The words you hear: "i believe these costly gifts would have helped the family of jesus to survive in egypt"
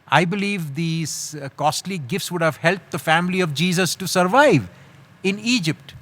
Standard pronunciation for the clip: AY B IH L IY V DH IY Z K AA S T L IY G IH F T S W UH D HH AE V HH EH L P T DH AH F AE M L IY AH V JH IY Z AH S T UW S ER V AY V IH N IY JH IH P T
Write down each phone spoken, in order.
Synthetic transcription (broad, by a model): AY B IH L IY V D IY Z K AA S T L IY G IH F T S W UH D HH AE V HH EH L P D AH F AE M L IY AH V JH IY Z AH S T UW S ER V AY V IH N IY JH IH P T